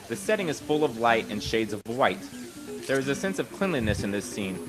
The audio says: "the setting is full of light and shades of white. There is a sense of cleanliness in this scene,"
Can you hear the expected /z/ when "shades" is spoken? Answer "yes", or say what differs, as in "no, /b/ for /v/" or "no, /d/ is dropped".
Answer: yes